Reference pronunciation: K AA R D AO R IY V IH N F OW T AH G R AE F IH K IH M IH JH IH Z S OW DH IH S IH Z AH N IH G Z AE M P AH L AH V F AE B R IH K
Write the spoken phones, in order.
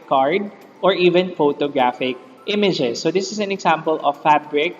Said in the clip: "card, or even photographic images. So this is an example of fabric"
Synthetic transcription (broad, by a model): K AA R D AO R IY V IH N F OW T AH G R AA F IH K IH M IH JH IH S OW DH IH S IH S AH N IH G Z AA M P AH L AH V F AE B R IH K